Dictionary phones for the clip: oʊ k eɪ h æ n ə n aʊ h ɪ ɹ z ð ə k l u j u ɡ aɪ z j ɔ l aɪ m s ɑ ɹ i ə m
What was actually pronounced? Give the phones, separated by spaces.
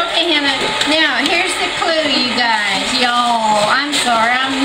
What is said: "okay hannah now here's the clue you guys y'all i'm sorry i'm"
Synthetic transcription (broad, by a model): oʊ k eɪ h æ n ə n aʊ h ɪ ɹ z ð ə k l u j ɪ ɡ aɪ z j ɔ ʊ aɪ m ʃ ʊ ɹ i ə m